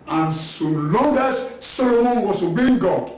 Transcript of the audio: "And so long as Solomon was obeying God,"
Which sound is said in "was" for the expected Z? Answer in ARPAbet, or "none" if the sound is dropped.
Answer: S